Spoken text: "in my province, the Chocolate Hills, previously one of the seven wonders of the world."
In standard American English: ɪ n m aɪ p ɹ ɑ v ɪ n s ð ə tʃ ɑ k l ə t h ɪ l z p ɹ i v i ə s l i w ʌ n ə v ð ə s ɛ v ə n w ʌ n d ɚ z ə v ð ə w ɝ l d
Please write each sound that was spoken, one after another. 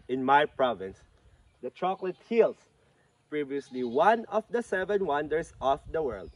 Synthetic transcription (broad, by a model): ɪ n m aɪ p ɹ ɑ v ɪ n s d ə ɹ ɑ k l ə t h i l s p ɹ i v i ə s l i w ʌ n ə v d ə s ɛ v ə n w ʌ n d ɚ s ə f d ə w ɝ l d